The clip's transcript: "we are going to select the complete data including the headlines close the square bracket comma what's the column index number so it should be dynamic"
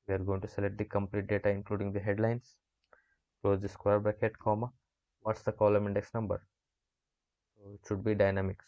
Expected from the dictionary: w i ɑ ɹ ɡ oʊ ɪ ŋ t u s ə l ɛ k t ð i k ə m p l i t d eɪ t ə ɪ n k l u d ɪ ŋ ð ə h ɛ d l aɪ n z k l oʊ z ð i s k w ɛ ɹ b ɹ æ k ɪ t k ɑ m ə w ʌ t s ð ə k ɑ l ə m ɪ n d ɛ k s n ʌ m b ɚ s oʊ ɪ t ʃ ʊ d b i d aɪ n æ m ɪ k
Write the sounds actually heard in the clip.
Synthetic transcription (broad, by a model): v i ɑ ɹ ɡ oʊ ɪ ŋ t u s ə l ɛ k t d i k ə m p l i t d eɪ t ə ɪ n k l u d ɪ ŋ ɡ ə h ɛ d l aɪ n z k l oʊ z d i s k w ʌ ɹ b æ k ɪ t k ɑ m ə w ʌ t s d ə k ɑ l ə m ɪ n d ɛ k s n ʌ m b ɚ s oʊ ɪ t ʃ ʊ d b i d aɪ n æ m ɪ k